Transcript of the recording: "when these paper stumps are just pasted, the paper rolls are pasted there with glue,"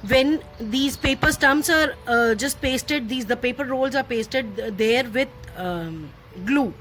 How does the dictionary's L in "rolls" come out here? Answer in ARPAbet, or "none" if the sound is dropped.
L